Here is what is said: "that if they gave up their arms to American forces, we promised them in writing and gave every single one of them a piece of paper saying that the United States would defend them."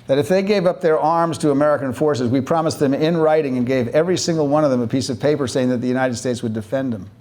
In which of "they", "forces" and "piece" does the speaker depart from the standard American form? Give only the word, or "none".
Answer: none